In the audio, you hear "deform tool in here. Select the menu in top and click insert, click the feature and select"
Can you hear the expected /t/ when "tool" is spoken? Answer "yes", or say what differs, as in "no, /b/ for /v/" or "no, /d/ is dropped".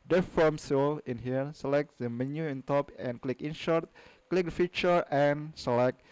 no, /s/ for /t/